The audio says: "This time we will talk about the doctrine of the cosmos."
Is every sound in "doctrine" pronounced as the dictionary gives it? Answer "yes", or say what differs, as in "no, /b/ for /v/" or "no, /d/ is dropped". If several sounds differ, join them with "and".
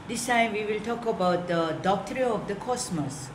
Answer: no, /n/ is dropped